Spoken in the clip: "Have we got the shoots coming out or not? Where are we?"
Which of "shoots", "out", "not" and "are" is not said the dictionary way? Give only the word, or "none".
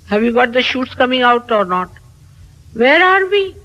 none